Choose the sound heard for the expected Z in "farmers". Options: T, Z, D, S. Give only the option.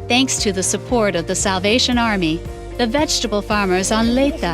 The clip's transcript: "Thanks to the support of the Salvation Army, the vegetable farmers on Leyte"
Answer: Z